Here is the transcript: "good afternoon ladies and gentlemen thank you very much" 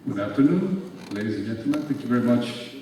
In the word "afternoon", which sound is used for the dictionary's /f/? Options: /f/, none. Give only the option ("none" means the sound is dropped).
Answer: /f/